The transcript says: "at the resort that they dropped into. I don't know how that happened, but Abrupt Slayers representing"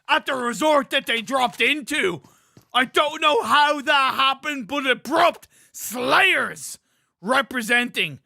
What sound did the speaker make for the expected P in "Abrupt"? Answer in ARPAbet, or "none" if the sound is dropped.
P